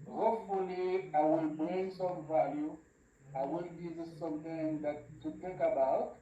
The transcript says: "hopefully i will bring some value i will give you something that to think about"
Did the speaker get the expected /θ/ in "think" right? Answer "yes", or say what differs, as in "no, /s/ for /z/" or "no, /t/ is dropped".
no, /t/ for /θ/